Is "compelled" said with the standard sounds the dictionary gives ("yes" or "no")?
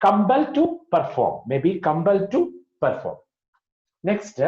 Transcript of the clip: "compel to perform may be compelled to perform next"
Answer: no